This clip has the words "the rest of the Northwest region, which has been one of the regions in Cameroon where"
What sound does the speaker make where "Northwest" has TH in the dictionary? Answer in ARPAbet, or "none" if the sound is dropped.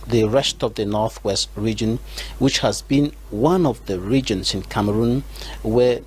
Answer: TH